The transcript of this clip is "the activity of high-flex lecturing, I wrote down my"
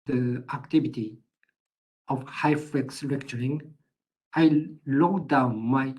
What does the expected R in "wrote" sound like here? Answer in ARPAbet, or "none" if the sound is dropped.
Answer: L